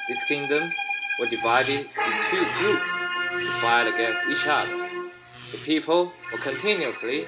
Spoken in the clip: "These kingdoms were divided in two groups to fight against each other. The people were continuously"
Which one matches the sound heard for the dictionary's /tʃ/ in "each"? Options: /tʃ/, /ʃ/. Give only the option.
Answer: /ʃ/